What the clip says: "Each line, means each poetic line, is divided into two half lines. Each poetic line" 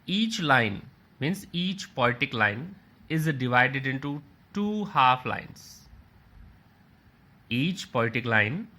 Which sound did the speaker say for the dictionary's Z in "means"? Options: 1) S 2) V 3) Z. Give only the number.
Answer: 1